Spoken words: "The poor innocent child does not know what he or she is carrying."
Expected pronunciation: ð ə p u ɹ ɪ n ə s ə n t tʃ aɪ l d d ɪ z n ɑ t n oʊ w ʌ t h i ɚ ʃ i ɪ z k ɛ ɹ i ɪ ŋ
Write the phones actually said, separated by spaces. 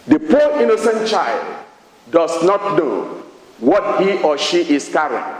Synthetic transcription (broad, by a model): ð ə p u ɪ n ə s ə n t tʃ aɪ l d d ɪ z n ɑ t n oʊ w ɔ t h i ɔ ʃ i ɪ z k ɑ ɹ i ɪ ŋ